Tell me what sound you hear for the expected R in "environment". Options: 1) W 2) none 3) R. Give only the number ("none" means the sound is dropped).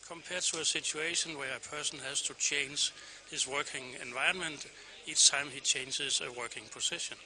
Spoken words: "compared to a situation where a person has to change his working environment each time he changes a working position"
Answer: 2